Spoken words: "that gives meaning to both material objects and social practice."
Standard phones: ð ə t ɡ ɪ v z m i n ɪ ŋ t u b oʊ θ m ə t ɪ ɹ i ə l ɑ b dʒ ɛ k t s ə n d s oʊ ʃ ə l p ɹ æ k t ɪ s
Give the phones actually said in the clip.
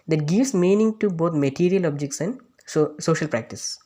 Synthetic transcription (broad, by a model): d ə t ɡ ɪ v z m i n ɪ ŋ t u b oʊ t m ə t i ɹ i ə l ɑ b dʒ ɛ k t s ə n d s oʊ ʃ ə l p ɹ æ k t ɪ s